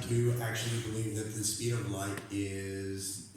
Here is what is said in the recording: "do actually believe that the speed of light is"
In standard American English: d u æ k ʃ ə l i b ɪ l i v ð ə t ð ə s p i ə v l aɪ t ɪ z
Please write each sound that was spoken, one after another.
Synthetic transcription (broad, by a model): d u æ k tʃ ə l i b ɪ l i v ð ə t ð ə s i ə v l aɪ t ɪ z